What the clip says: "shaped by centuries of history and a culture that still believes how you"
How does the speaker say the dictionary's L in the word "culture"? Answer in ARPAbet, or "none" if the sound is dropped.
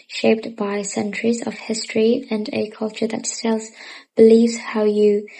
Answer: L